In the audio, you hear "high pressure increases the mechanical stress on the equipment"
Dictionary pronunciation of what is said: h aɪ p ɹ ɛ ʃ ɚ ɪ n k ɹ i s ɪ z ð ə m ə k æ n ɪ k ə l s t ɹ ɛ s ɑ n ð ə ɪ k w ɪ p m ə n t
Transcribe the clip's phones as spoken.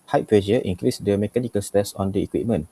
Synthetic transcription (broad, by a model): h aɪ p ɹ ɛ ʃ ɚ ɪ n k ɹ i s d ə m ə k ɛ n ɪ k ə l s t ɛ s ɑ n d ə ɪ k w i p m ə n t